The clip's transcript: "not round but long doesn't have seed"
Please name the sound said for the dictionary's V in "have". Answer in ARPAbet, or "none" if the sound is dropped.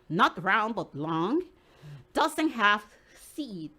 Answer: F